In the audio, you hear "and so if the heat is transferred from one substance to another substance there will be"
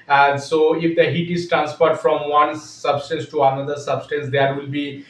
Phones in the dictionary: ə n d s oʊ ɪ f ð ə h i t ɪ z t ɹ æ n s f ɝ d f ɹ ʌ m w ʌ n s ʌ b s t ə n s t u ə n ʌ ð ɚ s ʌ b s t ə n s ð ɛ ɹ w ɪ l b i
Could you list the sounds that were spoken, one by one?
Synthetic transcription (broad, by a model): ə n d s oʊ ɪ f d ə h i t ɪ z t ɹ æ n s p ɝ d f ɹ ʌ m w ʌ n s ʌ b s t ə n s t u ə n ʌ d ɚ s ʌ b s t ə n s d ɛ ɹ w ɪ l b i